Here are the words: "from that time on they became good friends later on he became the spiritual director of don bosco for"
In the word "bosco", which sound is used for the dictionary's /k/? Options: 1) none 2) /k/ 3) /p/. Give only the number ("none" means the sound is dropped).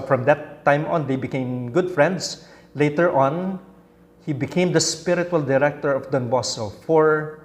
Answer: 1